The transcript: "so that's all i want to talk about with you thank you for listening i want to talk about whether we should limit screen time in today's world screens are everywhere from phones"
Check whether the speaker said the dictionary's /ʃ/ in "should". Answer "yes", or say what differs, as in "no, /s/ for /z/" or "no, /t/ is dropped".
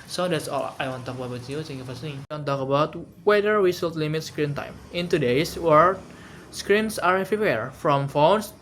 no, /s/ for /ʃ/